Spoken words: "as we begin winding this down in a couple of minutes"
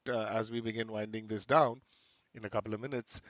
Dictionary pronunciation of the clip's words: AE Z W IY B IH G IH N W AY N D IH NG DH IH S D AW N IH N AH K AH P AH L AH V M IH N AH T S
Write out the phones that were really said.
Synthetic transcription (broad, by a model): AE Z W IY B IH G IH N W AY N D IH NG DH IH S D AW N IH N AH K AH P L AH V M IH N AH T S